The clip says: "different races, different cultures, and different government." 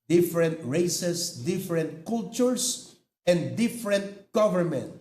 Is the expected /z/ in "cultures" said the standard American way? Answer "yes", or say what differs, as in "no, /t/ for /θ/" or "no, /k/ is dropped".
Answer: no, /s/ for /z/